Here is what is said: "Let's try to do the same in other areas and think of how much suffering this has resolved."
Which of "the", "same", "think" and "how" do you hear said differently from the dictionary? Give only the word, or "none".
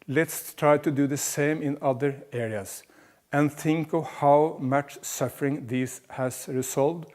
none